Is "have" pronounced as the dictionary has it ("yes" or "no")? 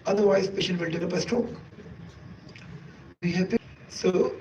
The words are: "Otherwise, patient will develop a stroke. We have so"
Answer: no